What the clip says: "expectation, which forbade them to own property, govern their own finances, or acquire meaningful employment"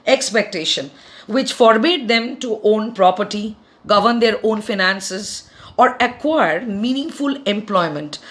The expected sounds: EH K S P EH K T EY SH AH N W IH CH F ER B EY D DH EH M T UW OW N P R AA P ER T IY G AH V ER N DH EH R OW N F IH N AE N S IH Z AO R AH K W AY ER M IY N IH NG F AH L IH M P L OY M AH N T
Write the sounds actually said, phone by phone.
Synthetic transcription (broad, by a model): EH K S P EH K T EY SH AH N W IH CH F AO B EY D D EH M T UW OW N P R AA P ER T IY G AH V ER N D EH R OW N F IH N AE N S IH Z AO R AH K W AY ER M IY N IH NG F AH L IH M P L OY M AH N T